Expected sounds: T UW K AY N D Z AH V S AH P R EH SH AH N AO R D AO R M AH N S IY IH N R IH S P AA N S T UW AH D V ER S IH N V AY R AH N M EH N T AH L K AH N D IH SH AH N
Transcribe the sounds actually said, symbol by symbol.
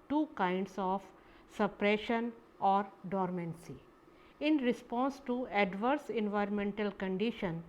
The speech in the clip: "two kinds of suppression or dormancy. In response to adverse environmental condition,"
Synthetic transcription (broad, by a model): T UW K AY N D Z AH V S AH P R EH SH AH N AO R D AO R M AH N S IY IH N R IH S P AA N S T UW AH D V ER S IH N V AY R AH N M EH N T AH L K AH N D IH SH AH N